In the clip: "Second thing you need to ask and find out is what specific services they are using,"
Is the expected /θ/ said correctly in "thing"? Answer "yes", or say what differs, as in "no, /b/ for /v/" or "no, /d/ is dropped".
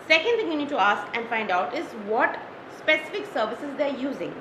no, /t/ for /θ/